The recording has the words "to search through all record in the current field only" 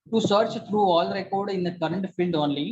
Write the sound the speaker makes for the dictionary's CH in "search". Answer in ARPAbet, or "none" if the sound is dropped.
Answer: CH